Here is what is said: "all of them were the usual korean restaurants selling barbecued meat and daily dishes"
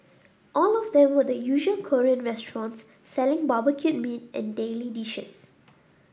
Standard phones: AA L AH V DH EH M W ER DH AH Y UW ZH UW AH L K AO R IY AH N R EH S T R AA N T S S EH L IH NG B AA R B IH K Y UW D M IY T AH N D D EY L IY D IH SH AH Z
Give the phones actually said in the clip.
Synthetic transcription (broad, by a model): AA L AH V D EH M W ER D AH Y UW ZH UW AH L K AO R IY AH N R EH S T R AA N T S S EH L IH NG B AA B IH K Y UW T M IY T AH N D D EY L IY D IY SH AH S